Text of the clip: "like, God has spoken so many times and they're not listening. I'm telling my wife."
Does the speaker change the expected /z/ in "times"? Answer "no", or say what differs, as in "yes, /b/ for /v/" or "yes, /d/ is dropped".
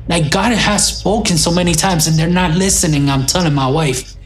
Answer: no